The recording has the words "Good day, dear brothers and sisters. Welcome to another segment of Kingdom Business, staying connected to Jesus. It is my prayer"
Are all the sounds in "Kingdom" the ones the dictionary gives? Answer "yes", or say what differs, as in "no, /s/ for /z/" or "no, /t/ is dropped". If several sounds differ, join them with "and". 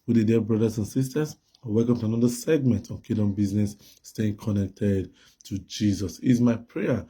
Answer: no, /ŋ/ is dropped